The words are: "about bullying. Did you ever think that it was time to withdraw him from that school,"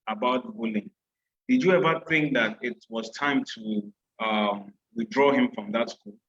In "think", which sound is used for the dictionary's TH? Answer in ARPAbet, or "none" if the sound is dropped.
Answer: TH